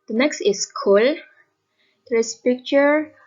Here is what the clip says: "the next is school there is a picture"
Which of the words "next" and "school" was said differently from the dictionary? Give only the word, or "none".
none